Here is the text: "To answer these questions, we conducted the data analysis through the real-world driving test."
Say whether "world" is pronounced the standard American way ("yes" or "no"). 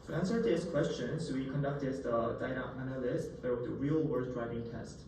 no